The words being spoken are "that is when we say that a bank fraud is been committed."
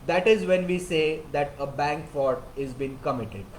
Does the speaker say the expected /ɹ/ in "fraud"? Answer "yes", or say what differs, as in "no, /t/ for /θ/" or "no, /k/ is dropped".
no, /ɹ/ is dropped